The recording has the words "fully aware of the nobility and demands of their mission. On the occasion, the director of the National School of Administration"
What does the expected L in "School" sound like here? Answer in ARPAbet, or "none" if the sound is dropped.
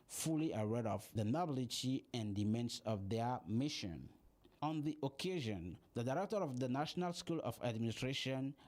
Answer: L